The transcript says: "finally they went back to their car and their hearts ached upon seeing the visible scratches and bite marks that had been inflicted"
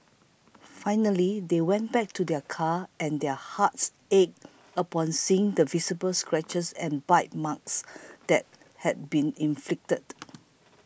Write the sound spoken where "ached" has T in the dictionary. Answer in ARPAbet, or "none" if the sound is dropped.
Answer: none